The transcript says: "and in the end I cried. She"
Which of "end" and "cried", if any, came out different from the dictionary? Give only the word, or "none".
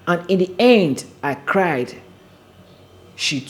none